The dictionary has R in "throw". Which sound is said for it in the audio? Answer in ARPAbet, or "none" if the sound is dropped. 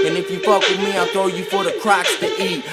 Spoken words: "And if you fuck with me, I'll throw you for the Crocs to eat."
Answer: none